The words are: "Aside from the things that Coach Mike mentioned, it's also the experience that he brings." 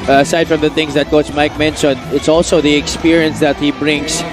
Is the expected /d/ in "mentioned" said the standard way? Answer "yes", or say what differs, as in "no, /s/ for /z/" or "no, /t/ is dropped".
no, /d/ is dropped